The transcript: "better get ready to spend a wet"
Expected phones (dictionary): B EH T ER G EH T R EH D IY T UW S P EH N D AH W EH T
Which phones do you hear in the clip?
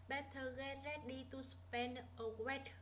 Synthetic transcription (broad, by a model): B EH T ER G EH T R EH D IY T UW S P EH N AH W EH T